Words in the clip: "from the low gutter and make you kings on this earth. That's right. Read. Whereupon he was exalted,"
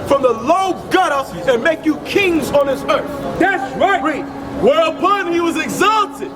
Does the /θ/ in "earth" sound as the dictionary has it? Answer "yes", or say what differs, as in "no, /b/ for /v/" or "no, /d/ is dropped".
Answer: yes